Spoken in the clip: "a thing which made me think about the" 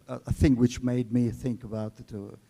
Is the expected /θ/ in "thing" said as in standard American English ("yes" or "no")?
yes